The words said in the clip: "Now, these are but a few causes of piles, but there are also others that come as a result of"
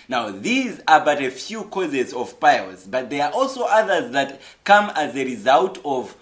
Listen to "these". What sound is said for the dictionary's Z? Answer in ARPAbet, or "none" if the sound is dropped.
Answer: Z